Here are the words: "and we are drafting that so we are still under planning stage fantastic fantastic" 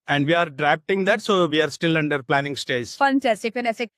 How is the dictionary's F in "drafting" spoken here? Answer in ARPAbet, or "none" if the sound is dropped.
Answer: P